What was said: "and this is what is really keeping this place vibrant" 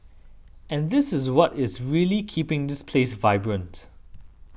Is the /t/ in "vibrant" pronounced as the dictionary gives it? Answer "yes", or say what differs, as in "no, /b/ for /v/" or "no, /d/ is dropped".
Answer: yes